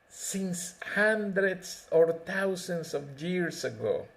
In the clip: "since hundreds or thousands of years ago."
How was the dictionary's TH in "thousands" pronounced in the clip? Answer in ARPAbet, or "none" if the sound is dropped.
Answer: T